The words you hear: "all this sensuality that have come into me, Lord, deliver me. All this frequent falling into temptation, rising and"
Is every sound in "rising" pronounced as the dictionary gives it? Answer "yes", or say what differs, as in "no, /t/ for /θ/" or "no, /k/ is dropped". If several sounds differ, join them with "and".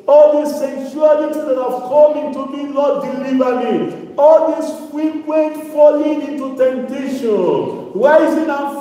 no, /w/ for /ɹ/